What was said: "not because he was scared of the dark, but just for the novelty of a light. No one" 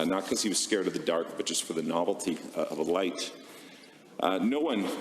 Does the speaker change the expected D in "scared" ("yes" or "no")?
no